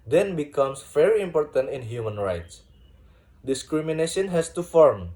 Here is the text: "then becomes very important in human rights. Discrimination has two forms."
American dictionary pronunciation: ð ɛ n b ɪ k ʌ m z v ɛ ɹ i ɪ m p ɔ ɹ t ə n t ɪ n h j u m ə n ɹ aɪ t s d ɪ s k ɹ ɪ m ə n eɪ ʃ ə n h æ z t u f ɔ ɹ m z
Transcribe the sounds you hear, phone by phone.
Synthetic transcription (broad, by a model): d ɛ n b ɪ k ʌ m s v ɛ ɹ i ɪ m p ɔ ɹ t ə n t ɪ n h j u m ə n ɹ aɪ t s d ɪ s k ɹ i m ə n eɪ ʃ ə n h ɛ s t u f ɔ ɹ m